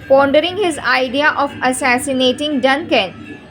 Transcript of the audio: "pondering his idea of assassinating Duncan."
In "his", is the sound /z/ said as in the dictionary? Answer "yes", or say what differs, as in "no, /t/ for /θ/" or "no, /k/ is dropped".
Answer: yes